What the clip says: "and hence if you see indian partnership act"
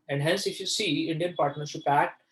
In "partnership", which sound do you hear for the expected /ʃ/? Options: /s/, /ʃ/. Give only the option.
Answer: /s/